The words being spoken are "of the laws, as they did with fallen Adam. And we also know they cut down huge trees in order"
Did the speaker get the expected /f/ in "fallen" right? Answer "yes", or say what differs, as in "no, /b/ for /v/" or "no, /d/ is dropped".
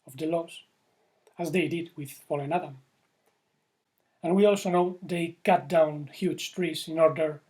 no, /p/ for /f/